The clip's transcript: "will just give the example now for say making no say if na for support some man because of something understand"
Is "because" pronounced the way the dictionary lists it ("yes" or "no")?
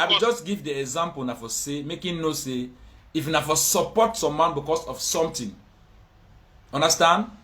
no